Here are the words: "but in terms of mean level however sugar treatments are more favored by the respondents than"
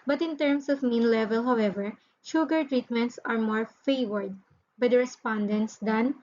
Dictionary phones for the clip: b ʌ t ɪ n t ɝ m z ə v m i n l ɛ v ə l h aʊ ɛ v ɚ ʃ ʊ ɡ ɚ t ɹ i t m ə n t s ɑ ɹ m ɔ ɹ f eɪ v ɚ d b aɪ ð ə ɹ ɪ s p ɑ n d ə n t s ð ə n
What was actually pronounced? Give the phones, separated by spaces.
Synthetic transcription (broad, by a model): b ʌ t ɪ n t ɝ m s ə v m i n l ɛ v ə l h aʊ ɛ v ɚ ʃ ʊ ɡ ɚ t ɹ i t m ə n t s ɑ ɹ m ɔ ɹ f eɪ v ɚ d b aɪ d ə ɹ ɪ s p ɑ n d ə n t s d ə n